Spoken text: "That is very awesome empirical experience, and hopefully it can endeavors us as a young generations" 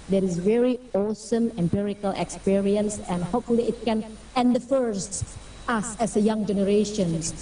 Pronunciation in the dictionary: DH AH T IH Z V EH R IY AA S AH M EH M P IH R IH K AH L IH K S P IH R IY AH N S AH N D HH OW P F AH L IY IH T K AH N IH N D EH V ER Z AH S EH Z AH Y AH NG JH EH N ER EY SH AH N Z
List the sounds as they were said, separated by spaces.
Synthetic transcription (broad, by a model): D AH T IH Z V EH R IY AA S AH M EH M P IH R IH K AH L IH K S P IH R IY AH N S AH N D HH OW P F AH L IY IH T K AH N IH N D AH F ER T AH S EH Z AH Y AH NG JH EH N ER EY SH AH N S